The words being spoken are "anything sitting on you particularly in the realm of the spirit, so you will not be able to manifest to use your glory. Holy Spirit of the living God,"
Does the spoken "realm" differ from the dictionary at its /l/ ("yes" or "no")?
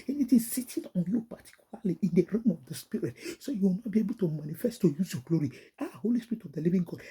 yes